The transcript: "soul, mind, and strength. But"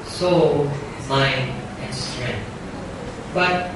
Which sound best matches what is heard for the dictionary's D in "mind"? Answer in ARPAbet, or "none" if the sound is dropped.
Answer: none